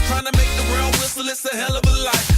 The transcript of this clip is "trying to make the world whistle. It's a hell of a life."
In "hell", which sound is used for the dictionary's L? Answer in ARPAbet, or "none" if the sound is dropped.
L